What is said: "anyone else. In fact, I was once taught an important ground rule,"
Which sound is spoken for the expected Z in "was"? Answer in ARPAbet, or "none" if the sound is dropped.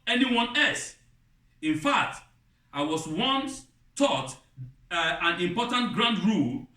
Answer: S